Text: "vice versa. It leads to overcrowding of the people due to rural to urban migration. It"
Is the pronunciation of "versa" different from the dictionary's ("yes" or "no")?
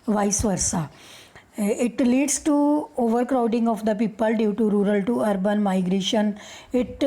no